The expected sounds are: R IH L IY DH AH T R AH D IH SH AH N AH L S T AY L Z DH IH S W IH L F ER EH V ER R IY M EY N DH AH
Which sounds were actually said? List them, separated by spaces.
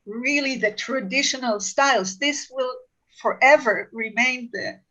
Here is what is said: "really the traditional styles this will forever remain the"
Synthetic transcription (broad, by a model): R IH L IY DH AH T R AH D IH SH AH N AH L S T AY L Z DH IH S W IH L F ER EH V ER R IY M EY N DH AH